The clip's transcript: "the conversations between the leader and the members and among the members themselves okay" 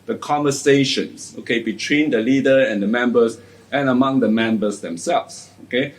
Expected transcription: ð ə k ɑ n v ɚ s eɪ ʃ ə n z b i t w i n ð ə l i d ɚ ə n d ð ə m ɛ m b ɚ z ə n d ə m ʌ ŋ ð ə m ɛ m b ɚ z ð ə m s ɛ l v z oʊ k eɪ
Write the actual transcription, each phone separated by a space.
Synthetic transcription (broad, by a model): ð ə k ɑ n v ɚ s eɪ ʃ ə n s b i t w i n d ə l i d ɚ ə n d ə m ɛ m b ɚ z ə n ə m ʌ ŋ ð ə m ɛ m b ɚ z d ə m s ɛ l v s oʊ k eɪ